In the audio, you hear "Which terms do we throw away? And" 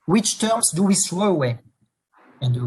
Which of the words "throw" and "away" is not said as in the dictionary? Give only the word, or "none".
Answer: throw